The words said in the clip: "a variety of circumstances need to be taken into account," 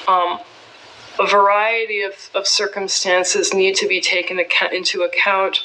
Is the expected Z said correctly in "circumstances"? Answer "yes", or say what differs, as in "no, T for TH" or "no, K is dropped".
yes